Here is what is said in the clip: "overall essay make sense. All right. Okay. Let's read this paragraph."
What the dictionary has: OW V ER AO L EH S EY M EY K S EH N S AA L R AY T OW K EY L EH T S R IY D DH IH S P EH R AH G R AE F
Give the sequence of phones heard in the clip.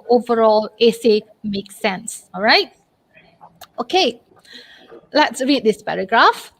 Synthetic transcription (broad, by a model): OW V ER AO L EH S EY M EY K S EH N S AA L R AY T OW K EY L EH T S R IY D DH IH S P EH R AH G R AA F